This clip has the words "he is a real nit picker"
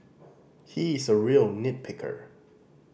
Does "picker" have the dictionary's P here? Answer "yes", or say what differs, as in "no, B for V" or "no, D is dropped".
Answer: yes